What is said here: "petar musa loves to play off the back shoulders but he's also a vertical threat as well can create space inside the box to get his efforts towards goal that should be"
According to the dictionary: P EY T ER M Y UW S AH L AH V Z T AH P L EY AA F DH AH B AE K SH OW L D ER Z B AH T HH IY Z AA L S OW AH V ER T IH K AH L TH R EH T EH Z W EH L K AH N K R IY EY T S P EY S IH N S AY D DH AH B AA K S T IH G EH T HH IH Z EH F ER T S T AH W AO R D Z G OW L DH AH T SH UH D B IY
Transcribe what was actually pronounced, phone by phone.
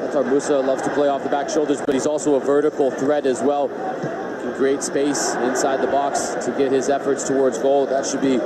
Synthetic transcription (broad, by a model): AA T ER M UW S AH L AH V Z T AH P L EY AA F DH AH B AE K SH OW L D ER Z B AH T HH IY Z AA L S OW AH V ER T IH K L TH R EH T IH Z W EH L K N K R IY EY T S P EY S IH N S AY D DH AH B AA K S T IH G EH T HH IH Z EH F ER T S T AH W AO R D Z G OW L DH AH T SH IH D B IY